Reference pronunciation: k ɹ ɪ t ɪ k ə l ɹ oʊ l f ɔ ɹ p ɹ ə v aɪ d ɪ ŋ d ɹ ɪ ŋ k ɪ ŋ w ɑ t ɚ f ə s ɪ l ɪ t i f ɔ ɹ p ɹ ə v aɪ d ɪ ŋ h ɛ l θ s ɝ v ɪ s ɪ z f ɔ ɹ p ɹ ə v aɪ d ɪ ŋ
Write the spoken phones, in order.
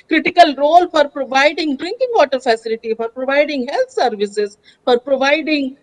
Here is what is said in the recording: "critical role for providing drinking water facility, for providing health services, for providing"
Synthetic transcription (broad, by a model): k ɹ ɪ t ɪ k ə l ɹ oʊ l f ɔ ɹ p ɹ ə v aɪ d ɪ ŋ d ɹ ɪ ŋ k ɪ ŋ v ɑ t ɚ f ə s ɪ l ɪ t i f ɔ ɹ p ɹ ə v aɪ d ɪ ŋ h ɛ l t s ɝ v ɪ s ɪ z f ɔ ɹ p ɹ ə v aɪ d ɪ ŋ